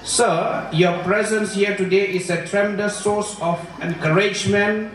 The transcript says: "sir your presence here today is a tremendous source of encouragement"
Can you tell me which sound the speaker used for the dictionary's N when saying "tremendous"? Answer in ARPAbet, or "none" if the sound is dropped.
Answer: none